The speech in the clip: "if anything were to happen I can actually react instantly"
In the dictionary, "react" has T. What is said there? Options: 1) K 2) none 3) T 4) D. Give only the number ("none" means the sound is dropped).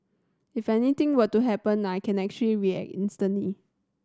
2